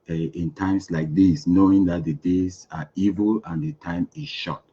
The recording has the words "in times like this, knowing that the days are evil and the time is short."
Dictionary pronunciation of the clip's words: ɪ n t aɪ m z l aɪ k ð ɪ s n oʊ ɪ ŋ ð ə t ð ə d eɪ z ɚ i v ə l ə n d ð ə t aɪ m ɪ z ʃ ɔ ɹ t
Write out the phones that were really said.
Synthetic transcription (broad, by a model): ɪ n t aɪ m s l aɪ k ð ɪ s n oʊ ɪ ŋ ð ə t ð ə d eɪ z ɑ i v ə l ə n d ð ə t aɪ m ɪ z ʃ ɔ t